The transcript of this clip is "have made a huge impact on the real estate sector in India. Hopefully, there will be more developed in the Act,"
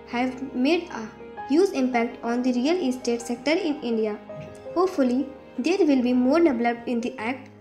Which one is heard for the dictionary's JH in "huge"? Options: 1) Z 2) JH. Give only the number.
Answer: 1